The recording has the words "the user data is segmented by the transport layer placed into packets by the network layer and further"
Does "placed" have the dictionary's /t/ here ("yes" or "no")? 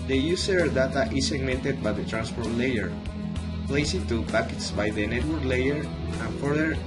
no